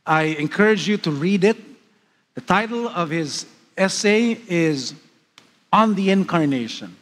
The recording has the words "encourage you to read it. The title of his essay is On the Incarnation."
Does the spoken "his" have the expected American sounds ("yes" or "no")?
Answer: yes